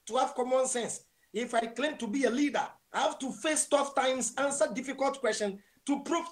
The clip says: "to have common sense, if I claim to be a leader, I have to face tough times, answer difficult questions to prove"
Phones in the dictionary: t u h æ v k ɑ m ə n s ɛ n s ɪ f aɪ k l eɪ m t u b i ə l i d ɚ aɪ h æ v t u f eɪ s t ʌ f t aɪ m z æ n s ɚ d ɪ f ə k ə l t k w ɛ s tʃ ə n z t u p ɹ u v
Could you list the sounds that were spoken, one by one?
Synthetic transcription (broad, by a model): t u h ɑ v k ɑ m ə n s ɛ n s ɪ f aɪ k l eɪ m t u b i ə l i d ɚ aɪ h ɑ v t u f eɪ s t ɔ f t aɪ m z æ n s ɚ d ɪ f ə k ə l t k w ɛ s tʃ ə n t u p ɹ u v